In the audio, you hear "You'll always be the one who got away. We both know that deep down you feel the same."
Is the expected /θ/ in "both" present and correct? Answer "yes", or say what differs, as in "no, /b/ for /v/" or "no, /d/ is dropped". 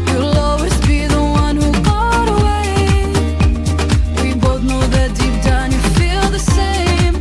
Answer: yes